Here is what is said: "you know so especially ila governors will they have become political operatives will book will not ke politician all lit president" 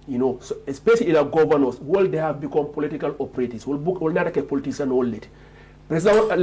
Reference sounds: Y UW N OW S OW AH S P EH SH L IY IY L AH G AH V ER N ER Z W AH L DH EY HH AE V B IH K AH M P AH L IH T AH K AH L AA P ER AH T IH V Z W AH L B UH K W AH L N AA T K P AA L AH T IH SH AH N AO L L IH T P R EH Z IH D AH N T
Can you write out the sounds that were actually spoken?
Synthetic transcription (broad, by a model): Y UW N OW S OW AH S P EH SH L IY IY N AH G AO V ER N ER S W AH L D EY HH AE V B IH K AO M P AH L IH T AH K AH L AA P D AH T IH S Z W AH L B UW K W AH L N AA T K P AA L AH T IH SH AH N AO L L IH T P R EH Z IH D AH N